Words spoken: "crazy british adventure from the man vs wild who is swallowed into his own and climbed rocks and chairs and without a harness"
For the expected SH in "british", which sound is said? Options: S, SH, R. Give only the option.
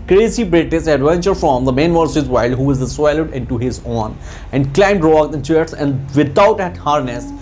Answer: S